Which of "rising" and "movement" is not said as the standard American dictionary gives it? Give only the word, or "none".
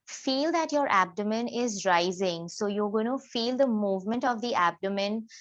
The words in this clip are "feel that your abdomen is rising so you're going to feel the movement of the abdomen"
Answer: none